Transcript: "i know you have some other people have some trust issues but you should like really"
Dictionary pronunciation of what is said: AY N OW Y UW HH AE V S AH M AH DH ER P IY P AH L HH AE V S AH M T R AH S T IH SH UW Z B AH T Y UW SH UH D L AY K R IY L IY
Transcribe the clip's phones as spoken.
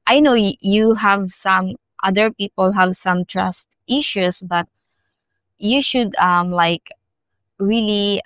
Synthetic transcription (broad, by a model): AY N OW Y UW HH AE V S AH M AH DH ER P IY P AH L HH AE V S AH M T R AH S T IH SH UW S B AH T Y UW SH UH D L AY K R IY L IY